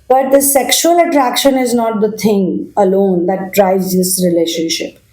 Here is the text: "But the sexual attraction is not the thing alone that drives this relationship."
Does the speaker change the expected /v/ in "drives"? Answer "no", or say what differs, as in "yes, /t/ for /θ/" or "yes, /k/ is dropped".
yes, /v/ is dropped